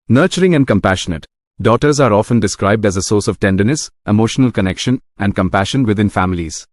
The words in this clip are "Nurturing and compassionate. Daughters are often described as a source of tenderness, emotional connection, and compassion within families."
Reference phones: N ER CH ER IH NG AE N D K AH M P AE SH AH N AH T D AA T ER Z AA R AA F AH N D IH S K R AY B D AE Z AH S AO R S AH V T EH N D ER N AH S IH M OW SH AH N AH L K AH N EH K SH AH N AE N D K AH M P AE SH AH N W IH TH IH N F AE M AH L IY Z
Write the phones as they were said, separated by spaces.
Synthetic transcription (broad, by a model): N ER CH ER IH NG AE N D K AH M P AE SH AH N AH T D AA T ER Z AA R AA F AH N D IH S K R AY B D AE Z AH S AO R S AH V T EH N D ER N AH S IH M OW SH AH N AH L K AH N EH K SH AH N AE N D K AH M P AE SH AH N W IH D IH N F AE M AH L IY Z